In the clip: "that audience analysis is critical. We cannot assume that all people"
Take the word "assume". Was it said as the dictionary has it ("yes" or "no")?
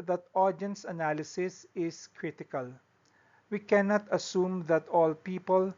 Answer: yes